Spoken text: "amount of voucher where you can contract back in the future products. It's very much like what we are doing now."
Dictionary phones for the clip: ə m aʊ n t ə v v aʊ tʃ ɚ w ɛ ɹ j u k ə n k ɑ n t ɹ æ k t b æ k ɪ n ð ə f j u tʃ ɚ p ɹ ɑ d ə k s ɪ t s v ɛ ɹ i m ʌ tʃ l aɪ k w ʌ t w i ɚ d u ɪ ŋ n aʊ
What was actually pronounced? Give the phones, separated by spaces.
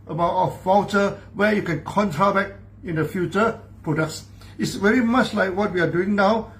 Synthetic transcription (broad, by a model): ə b aʊ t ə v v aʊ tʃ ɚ w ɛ j u k ə n k ɑ n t ɹ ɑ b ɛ k ɪ n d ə f j u tʃ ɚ p ɹ ɑ d ə k s ɪ t s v ɛ ɹ i m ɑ tʃ l aɪ k w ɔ t w i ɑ d u ɪ ŋ n aʊ